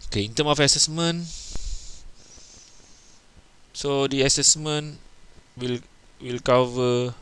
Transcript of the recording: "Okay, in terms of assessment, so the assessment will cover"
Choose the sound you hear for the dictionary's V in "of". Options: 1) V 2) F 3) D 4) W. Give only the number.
2